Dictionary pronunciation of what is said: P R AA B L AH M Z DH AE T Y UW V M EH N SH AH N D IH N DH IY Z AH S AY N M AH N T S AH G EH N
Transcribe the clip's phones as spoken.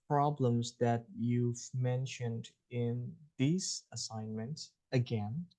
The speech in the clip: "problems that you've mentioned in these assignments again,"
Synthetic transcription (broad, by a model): P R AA B L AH M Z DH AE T Y UW V M EH N SH AH N D IH N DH IY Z AH S AY N M AH N T S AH G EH N